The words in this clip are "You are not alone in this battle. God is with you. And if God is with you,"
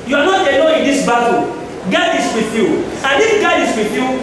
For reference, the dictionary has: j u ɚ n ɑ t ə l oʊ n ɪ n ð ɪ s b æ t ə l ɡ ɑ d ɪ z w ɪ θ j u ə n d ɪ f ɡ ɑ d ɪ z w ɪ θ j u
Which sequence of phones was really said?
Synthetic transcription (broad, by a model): j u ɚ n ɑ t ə n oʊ ɪ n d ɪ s b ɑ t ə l ɡ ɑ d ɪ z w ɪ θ j u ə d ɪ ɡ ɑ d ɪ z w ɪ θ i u